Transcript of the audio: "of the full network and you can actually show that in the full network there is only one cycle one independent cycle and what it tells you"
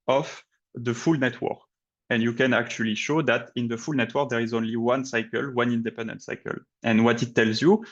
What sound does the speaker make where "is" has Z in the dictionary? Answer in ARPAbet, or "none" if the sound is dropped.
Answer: Z